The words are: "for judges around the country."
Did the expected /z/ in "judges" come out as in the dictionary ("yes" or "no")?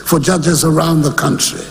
yes